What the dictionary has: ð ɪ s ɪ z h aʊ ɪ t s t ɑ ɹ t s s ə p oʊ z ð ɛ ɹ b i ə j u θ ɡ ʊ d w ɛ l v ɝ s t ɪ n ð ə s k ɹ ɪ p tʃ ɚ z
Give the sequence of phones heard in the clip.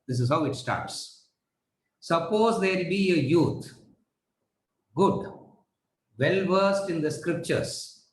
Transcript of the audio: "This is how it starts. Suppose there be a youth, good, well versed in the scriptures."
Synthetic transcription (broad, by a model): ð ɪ s ɪ z h aʊ ɪ t s t ɑ ɹ t s s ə p oʊ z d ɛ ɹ b i ə j u t ɡ ʊ d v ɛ l v ɝ s t ɪ n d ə s k ɹ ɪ p tʃ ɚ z